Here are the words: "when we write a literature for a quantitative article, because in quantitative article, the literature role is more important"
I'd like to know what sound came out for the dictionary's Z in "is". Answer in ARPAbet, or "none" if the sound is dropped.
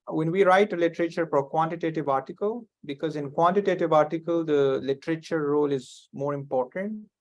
Z